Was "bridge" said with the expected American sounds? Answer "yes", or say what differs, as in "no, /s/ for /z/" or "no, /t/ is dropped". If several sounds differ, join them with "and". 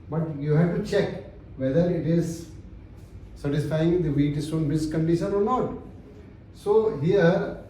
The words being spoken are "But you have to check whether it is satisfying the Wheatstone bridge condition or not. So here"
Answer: no, /ɹ/ is dropped